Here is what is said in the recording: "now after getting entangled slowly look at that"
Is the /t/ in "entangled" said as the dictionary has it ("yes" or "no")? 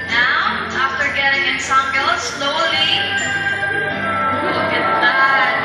no